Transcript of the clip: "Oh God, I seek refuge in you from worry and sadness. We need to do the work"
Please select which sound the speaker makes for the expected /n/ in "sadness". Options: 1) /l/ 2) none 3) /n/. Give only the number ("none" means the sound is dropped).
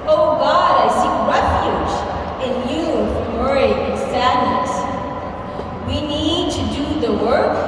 3